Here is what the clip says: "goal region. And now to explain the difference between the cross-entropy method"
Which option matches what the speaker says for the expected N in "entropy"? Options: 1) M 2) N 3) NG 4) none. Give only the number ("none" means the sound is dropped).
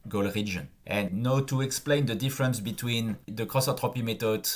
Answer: 4